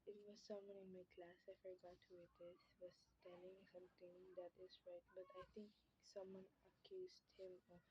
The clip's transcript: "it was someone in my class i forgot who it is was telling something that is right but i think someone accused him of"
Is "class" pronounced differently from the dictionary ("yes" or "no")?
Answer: no